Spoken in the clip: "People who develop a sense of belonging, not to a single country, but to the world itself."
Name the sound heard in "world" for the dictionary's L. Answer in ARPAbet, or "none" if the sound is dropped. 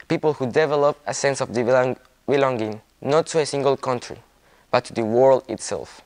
L